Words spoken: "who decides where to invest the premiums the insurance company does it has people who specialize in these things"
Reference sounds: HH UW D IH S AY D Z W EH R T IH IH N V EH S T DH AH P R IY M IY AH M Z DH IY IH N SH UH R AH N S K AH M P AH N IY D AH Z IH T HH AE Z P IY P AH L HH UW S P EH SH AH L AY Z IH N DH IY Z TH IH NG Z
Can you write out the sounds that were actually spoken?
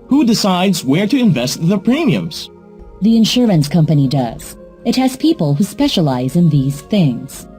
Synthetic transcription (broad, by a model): HH UW D IH S AY D Z W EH R T IH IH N V EH S T DH AH P R IY M IY AH M Z DH IY IH N SH UH R AH N S K AH M P AH N IY D AH Z IH T HH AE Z P IY P AH L HH UW S P EH SH AH L AY Z IH N DH IY Z TH IH NG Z